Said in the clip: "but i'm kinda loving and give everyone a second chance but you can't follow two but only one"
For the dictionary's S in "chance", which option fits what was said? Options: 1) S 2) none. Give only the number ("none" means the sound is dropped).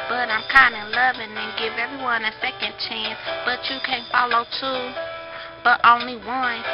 1